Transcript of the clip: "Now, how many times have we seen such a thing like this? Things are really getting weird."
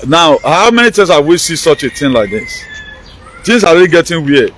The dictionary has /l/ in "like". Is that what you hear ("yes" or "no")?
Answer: yes